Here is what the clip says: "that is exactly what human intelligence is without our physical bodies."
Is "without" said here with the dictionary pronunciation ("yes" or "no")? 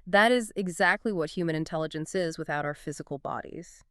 yes